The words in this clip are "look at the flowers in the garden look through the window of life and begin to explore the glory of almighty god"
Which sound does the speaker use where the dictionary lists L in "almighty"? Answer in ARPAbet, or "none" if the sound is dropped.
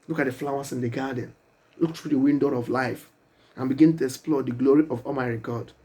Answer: none